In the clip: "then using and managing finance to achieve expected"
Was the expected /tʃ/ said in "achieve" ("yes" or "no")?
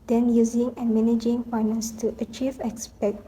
yes